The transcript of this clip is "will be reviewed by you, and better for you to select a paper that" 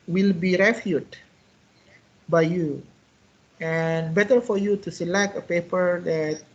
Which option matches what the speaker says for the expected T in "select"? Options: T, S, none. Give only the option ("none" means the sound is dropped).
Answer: T